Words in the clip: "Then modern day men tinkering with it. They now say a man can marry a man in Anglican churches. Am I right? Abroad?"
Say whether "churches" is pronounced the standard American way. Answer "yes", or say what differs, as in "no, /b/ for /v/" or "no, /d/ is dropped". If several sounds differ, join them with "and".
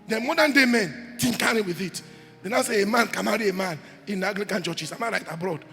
no, /s/ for /z/